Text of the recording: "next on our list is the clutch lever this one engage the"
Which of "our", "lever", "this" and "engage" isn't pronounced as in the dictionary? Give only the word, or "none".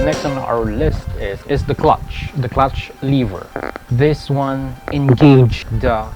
none